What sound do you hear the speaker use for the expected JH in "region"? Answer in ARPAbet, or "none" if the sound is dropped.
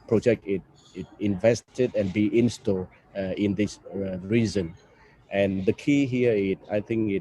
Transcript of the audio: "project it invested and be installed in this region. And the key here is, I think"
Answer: Z